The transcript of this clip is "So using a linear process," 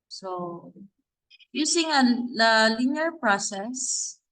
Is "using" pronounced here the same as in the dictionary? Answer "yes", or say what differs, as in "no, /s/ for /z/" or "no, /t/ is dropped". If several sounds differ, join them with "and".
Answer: no, /s/ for /z/